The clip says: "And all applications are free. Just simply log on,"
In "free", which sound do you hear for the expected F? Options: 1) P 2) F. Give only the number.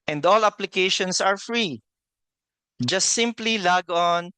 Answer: 2